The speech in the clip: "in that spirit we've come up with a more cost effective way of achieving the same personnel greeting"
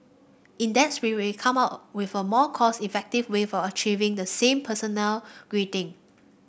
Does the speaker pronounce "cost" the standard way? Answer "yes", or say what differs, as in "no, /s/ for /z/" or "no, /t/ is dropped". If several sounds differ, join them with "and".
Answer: no, /t/ is dropped